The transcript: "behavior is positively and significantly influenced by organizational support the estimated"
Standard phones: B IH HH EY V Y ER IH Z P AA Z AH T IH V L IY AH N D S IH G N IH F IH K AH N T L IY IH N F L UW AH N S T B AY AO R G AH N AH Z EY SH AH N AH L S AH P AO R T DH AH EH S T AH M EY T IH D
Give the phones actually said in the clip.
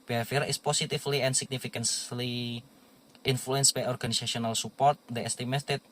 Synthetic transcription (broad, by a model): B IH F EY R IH S P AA S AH T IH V L IY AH N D S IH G N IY F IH K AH N S L IY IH N F L UW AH N S B AY AO R G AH N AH S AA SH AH N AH L S AH P AO R T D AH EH S T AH M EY T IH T